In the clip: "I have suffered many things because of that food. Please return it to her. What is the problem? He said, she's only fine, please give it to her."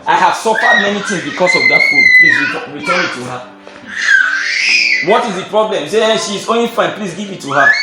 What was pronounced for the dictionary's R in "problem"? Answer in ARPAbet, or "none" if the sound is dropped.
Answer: R